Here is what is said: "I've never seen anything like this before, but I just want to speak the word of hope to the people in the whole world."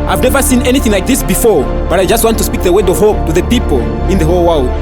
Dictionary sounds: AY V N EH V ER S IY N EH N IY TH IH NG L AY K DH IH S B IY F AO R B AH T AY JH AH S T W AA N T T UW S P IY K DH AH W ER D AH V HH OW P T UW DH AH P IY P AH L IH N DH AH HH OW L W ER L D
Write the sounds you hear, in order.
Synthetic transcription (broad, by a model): AY V N EH V ER S IY N EH N IY TH IH NG L AY K DH IH S B IY F AO R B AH T AY JH AH S T W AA N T T UW S P IY K DH AH W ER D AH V HH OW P T UW DH AH P IY P AH L IH N DH AH HH OW L W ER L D